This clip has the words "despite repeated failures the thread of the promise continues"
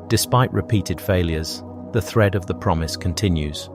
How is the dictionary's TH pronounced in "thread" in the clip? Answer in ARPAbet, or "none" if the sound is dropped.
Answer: TH